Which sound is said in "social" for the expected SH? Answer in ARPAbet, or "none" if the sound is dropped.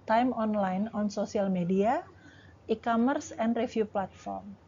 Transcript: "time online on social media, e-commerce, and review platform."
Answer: S